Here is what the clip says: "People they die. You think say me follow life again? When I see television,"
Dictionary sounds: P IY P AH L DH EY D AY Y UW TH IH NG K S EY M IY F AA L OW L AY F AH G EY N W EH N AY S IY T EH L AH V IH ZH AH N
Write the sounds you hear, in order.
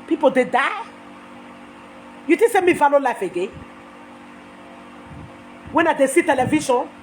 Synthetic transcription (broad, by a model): P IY P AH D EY D AY Y UW T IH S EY M IY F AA L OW L AY F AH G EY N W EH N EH S IY T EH L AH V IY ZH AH N